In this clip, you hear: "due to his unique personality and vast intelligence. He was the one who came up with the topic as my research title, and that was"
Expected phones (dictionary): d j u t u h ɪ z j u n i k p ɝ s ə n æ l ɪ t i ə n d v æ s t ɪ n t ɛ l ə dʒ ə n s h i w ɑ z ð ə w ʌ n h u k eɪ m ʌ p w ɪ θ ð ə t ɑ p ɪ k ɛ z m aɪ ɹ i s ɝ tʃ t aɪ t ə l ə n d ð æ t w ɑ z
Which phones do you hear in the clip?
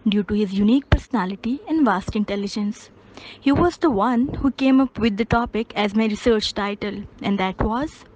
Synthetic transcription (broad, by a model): d j u t u h ɪ z j u n i k p ɝ s ə n æ l ɪ t i ə n d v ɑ s t ɪ n t ɛ l ə dʒ ə n s h i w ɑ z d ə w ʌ n h u k eɪ m ʌ p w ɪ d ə t ɑ p ɪ k ɛ z m aɪ ɹ i s ɝ tʃ t aɪ t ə l ə n d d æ t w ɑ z